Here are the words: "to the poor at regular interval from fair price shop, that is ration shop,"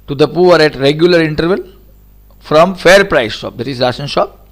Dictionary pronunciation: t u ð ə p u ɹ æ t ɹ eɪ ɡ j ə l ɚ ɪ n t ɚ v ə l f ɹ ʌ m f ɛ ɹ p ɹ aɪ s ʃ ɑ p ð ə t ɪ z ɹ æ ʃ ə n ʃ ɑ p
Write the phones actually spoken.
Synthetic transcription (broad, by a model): t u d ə p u ɹ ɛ t ɹ eɪ ɡ j ə l ɚ ɪ n t ɚ v ə l f ɹ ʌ m f ɛ ɹ p ɹ aɪ s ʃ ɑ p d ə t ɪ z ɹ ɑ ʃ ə n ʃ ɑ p